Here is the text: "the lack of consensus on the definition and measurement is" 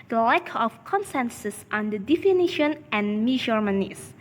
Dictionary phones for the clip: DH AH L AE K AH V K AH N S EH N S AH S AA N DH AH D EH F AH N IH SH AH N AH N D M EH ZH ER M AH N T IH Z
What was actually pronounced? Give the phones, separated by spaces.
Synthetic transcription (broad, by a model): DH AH L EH K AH F K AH N S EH N S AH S AA N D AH D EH F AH N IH SH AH N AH N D M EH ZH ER M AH N IH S